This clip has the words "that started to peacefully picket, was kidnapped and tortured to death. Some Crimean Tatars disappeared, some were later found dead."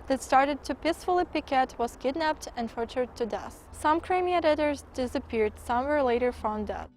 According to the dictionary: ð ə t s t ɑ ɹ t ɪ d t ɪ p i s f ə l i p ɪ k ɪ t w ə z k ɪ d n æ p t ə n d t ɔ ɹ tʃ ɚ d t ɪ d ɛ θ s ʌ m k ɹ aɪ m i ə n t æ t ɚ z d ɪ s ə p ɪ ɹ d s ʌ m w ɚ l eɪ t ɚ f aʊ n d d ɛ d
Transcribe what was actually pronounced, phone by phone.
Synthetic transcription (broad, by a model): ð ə t s t ɑ ɹ t ɪ d t ɪ p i s f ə l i p ɪ k ɪ t w ə z k ɪ d n æ p t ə n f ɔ ɹ tʃ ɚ d t ɪ d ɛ s s ʌ m k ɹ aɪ m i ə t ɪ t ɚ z d ɪ s ə p ɪ ɹ d s ʌ m w ɚ l eɪ t ɚ f aʊ n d d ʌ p